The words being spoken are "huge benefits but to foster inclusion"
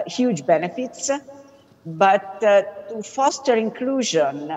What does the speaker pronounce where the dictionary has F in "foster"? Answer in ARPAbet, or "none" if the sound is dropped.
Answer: F